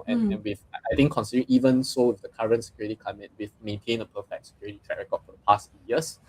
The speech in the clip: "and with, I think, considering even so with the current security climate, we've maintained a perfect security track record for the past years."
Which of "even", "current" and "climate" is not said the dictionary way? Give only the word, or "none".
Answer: climate